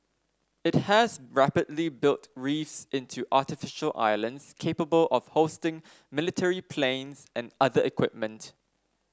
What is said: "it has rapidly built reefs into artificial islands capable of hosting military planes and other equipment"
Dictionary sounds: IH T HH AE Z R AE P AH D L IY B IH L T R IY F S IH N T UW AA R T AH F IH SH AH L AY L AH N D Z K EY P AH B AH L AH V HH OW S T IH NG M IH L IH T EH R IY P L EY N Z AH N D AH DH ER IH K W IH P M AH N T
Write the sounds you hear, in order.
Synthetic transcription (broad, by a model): IH T HH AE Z R AE P AH D L IY B IH L T R IY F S IH N T UW AA T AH F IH SH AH L AY L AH N D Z K EY P AH B AH L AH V HH OW S T IH NG M IH L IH T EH R IY P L EY N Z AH N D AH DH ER IH K W IH P M AH N T